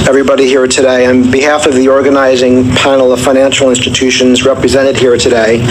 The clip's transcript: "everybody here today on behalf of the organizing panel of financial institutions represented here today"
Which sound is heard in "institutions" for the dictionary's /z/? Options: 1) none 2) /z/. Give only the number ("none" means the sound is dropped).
2